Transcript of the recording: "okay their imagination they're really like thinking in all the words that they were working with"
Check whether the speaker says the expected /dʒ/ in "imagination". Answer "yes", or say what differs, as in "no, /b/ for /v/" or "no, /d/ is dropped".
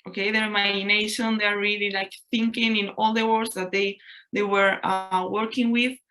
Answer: no, /dʒ/ is dropped